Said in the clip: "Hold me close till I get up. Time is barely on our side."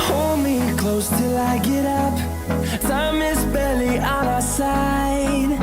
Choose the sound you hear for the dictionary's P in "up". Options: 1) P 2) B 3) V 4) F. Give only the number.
1